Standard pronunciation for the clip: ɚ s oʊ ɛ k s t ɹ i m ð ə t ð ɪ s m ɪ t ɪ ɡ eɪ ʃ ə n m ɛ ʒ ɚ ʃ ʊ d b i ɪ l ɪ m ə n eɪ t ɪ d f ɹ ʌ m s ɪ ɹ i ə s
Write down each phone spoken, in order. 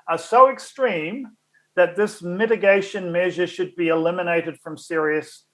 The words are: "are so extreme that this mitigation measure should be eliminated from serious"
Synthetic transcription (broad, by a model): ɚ s oʊ ɛ k s t ɹ i m ð ə t ð ɪ s m ɪ t ɪ ɡ eɪ ʃ ə n m ɛ ʒ ɚ ʃ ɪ d b i ɪ l ɪ m ə n eɪ t ɪ d f ɹ ʌ m s ɪ ɹ i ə s